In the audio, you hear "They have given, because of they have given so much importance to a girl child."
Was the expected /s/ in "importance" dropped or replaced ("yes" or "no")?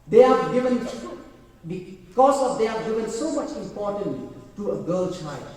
yes